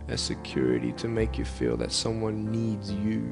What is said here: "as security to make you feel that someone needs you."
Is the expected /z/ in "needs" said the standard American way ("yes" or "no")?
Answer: yes